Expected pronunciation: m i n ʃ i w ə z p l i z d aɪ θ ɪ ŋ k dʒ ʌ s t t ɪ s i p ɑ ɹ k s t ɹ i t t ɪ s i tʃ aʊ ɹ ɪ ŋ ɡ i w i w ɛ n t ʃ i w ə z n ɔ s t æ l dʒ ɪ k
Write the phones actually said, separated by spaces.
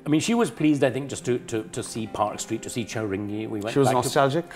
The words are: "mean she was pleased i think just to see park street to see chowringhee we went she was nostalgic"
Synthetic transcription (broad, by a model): m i n ʃ i w ə z p l i z d aɪ θ ɪ ŋ k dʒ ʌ s t t ɪ s i p ɑ ɹ k s t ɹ i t t ɪ s i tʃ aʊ ɹ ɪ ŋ ɡ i w i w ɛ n ʃ i w ə z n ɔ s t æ l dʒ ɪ k